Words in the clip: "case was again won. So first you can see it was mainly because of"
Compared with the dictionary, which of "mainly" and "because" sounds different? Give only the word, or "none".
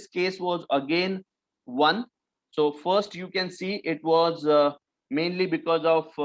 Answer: none